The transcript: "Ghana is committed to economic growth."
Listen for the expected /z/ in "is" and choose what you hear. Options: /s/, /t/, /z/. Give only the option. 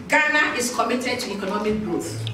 /s/